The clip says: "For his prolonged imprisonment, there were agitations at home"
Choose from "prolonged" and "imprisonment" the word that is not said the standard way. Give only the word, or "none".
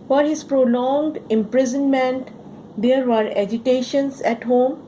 none